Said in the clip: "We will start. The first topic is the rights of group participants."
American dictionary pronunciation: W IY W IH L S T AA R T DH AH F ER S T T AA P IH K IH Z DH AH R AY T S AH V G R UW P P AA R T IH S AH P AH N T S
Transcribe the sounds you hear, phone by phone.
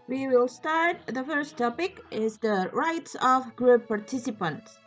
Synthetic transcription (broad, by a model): W IY W IH L S T AA R T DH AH F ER S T T AA P IH K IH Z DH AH R AY T S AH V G R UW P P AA R T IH S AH P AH N T S